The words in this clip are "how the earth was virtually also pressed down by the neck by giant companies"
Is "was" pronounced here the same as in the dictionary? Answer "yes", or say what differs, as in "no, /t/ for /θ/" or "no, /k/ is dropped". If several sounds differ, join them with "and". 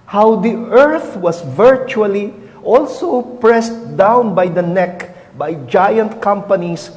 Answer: no, /s/ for /z/